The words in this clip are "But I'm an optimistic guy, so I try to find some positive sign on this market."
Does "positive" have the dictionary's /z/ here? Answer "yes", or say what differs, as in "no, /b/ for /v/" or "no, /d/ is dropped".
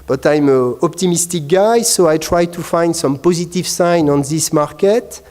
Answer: yes